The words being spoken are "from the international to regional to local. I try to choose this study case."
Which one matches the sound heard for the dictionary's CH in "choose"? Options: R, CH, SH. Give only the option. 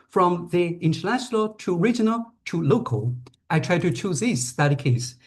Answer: CH